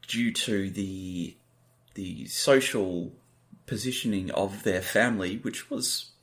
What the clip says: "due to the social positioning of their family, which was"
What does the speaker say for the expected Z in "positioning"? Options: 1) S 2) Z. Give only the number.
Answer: 2